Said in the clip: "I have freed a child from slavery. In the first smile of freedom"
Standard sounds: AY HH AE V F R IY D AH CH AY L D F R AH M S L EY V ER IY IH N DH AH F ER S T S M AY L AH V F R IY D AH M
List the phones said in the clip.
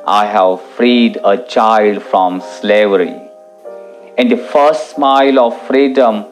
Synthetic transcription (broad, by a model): AY HH AE V F R IY D AH CH AY L D F R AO M S L EY V ER IY IH N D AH F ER S T S M AY L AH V F R IY D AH M